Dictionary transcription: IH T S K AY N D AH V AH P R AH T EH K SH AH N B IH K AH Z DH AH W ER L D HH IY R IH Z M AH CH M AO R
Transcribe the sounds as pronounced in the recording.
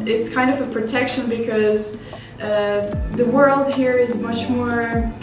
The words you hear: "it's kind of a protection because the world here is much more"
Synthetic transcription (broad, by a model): IH T S K AY N D AH V AH P R AH T EH K SH AH N B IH K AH Z DH AH W ER L D HH IY R IH Z M AH CH M AO R